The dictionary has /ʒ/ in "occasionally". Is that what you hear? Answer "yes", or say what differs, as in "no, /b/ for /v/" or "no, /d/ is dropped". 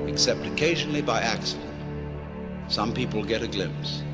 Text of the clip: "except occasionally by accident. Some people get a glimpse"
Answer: yes